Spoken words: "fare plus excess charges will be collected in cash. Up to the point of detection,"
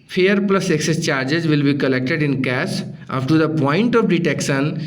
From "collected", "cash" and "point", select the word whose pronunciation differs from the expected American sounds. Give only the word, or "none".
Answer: cash